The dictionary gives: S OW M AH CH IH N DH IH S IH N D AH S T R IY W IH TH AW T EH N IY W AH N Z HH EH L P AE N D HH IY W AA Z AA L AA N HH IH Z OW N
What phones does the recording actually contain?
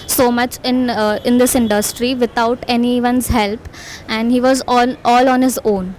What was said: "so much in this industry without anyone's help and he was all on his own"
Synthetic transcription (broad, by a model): S OW M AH CH IH N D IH S IH N D AH S T R IY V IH T AW T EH N IY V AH N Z HH EH L P AE N D HH IY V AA Z AA L AA N HH IH Z OW N